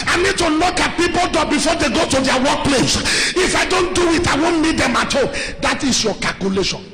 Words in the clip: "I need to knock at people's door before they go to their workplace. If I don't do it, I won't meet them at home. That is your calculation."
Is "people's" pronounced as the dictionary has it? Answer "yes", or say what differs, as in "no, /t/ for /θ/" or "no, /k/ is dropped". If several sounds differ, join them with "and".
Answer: no, /z/ is dropped